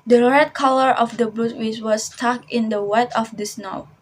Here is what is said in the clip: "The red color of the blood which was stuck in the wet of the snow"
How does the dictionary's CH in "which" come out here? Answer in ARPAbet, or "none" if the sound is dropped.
S